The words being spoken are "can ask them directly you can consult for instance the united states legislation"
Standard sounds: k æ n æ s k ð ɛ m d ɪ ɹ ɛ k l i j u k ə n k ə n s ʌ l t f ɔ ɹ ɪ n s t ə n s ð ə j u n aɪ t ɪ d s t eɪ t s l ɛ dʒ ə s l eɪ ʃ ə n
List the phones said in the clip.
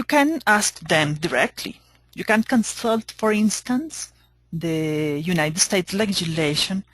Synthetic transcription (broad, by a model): k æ n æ s k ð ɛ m d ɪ ɹ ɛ k l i j u k ə n k ə n s ʌ l t f ɔ ɹ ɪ n s t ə n s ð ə j u n aɪ t ɪ d s t eɪ t s l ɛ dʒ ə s l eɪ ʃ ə n